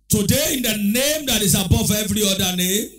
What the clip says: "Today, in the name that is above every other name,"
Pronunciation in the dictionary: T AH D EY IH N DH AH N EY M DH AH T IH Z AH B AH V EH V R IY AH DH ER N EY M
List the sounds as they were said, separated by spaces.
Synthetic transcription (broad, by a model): T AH D EY IH N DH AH N EY M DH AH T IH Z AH B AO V EH V R IY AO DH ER N EY M